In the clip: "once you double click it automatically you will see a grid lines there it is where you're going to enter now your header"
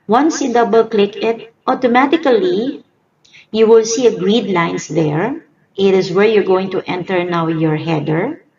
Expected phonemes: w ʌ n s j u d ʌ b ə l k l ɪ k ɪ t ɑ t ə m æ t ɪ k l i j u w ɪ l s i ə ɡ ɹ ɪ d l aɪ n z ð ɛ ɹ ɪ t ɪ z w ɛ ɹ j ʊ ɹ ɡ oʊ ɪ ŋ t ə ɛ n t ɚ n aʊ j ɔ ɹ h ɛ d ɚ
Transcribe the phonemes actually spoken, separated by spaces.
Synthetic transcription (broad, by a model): w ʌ n s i d ʌ b ə l k l ɪ k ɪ t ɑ t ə m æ t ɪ k l i j u w ɪ l s i ə ɡ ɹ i d l aɪ n s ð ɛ ɹ ɪ t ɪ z w ɛ ɹ j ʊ ɹ ɡ oʊ ɪ ŋ t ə ɛ n t ɚ n aʊ j ɔ ɹ h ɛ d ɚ